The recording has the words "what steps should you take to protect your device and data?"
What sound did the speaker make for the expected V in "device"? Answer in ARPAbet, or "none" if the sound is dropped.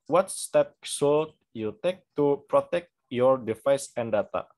F